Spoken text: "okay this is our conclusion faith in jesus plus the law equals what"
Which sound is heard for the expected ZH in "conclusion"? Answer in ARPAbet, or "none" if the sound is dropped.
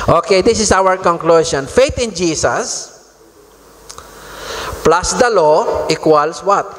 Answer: S